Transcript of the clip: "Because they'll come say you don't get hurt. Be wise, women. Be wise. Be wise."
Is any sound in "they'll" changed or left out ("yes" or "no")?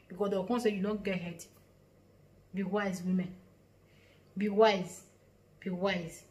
yes